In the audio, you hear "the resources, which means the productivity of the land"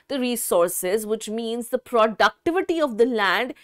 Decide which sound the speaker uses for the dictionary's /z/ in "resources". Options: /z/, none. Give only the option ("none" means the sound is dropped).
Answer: /z/